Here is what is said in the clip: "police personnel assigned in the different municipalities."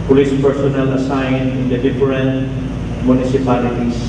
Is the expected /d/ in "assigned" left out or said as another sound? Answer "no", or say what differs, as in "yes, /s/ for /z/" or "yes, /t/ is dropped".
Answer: yes, /d/ is dropped